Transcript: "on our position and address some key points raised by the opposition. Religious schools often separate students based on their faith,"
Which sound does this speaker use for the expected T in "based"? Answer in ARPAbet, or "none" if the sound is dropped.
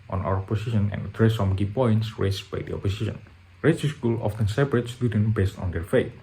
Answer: T